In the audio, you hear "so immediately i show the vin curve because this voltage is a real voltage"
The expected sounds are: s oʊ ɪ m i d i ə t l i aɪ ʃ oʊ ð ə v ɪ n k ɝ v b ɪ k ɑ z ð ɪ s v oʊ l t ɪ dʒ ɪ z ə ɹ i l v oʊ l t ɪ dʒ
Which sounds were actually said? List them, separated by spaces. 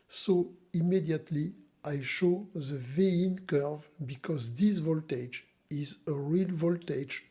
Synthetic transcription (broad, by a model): s oʊ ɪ m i d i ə t l i aɪ ʃ oʊ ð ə v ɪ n k ɝ v b ɪ k ɑ z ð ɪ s v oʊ l t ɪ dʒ ɪ z ə ɹ i l v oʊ l t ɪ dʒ